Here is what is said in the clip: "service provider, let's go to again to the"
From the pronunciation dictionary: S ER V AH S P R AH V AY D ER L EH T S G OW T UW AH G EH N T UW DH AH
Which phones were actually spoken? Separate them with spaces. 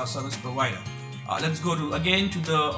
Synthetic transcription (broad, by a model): S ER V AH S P AH W AY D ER L EH T S G OW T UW AH G EH N T UW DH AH